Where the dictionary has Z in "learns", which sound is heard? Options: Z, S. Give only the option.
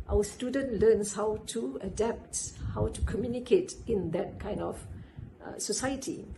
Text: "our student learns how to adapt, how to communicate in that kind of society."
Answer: S